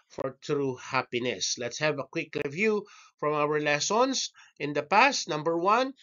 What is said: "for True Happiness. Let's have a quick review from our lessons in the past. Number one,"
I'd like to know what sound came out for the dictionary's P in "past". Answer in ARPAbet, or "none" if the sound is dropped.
P